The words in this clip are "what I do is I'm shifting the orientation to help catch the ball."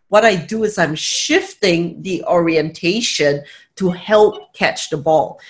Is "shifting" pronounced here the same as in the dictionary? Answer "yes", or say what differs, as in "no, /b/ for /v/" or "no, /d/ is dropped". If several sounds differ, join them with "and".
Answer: yes